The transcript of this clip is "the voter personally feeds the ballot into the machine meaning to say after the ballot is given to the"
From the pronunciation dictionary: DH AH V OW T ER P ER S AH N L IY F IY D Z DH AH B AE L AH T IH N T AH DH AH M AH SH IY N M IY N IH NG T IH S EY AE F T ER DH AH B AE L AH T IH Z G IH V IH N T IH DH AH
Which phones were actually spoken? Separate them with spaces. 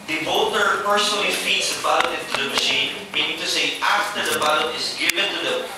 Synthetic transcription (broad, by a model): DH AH B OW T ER P ER S AH N L IY F IY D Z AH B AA AH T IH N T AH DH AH M AH SH IY N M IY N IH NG T IH S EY AE F T ER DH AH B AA AH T IH Z G IH V IH N T IH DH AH